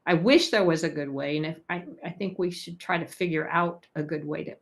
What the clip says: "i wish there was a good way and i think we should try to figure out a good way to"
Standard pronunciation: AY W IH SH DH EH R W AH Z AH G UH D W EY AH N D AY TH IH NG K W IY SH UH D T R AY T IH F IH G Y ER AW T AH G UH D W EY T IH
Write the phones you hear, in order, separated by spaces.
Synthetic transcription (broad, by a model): AY W IH SH DH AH R W AH Z AH G UH D W EY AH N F AY TH IH NG K W IY SH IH D T R AY T IH F IH G Y ER AW T AH G UH D W EY T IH